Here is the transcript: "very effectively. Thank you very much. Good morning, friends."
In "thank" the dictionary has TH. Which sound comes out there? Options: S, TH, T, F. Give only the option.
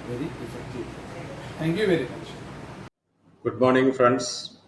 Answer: T